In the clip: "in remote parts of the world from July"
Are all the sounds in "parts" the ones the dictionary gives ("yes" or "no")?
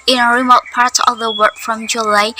no